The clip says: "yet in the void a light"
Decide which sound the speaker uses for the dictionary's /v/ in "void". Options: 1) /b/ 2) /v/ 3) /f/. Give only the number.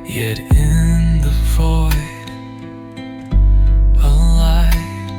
3